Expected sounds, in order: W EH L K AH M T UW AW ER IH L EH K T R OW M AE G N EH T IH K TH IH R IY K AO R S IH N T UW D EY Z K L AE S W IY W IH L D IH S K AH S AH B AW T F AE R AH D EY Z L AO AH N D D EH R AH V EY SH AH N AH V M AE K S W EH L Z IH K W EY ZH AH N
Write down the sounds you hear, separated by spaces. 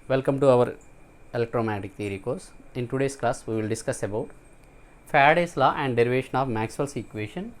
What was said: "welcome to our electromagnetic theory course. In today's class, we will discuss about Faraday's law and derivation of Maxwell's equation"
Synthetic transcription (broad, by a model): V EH L K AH M T UW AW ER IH L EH K T R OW M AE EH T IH K T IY R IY K AO R S IH N T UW D EY S K L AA S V IY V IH L D IH S K AH S AH B AW T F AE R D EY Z L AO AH N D D EH R AH V EY SH AH N AH V M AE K S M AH L S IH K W EY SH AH N